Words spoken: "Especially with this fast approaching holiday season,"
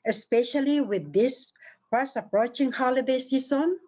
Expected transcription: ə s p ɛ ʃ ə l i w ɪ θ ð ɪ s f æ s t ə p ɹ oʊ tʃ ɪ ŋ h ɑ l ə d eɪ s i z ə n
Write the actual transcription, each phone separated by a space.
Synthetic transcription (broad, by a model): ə s p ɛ ʃ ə l i w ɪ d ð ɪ s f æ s ə p ɹ oʊ tʃ ɪ ŋ h ɑ l ə d eɪ s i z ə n